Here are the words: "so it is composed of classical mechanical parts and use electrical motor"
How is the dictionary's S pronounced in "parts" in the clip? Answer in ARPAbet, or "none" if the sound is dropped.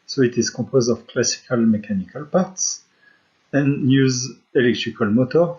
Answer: S